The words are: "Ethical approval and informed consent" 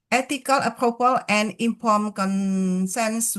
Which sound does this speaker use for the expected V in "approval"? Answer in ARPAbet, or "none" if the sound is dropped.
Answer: P